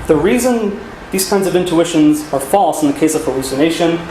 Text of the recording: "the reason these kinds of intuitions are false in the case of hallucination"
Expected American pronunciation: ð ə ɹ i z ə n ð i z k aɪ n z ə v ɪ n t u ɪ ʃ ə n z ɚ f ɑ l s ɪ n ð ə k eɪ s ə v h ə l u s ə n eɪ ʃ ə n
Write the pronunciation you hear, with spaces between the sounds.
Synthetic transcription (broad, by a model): ð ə ɹ i z ə n ð i z k aɪ n z ə v ɪ n t u ɪ ʃ ə n z ɚ f ɑ l s n ð ə k eɪ s ə v h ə l u s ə n eɪ ʃ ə n